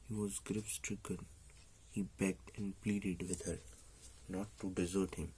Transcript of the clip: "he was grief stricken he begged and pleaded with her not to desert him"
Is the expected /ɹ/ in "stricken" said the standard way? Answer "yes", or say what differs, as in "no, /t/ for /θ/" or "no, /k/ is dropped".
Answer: yes